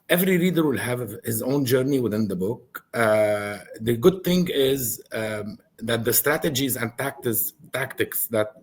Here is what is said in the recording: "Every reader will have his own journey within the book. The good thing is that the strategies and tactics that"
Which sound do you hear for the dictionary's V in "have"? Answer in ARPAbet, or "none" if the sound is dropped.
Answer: V